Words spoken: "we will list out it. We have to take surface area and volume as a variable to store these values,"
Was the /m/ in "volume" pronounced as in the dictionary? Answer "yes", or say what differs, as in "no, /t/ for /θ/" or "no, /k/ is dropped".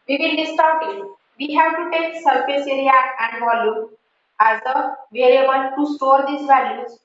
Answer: no, /m/ is dropped